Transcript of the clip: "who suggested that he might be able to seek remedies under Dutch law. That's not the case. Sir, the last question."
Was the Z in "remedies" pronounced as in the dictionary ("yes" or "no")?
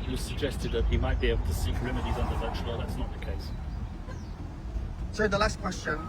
yes